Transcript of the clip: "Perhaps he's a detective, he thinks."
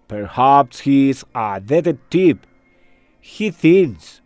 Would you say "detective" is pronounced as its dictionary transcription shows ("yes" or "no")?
no